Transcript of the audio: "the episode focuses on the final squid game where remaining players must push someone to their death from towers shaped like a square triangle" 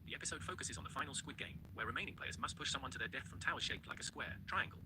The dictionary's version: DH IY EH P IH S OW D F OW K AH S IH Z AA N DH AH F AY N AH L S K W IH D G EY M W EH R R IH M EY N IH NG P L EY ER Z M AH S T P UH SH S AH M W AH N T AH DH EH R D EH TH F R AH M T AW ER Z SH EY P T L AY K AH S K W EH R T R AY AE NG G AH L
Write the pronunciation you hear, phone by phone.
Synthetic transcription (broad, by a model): DH IY EH P IH S OW D F OW K AH S IH Z N DH AH F AY N AH L S K W IH D G EY M W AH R R IH M EY N IH NG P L EY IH Z M AH S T P UH SH S AH M W AH N T AH DH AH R D EH TH F R AH M T AW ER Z SH EY P T L AY K AH S K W EH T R AY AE NG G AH L